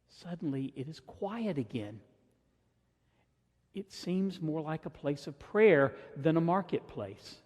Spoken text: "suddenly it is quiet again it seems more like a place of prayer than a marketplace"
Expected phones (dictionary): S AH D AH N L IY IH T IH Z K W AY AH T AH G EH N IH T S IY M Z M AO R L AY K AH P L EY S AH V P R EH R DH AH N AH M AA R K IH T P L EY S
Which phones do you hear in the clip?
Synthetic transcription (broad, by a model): S AH D N L IY IH T IH Z K W AY AH T AH G EH N IH T S IY M Z M AO R L AY K AH P L EY S AH V P R EH R DH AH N AH M AA R K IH T P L EY S